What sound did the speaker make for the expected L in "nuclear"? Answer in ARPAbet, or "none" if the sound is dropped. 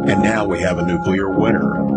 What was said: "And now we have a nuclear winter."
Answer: L